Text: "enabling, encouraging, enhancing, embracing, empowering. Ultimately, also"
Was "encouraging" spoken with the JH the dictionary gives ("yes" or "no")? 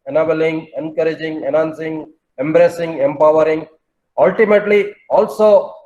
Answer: yes